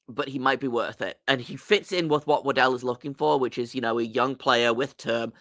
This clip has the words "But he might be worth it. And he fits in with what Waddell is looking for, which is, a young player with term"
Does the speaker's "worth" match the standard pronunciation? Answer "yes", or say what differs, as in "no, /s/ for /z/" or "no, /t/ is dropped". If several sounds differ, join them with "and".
yes